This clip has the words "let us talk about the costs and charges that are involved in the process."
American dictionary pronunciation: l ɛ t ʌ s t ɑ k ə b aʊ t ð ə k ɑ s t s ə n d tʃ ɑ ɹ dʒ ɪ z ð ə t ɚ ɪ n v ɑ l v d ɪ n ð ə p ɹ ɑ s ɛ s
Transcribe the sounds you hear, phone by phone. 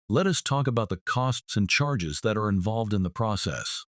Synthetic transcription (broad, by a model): l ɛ t ʌ s t ɑ k ə b aʊ t ð ə k ɑ s t s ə n tʃ ɑ ɹ dʒ ɪ z ð ə t ɚ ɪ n v ɑ l v d ɪ n ð ə p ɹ ɑ s ɛ s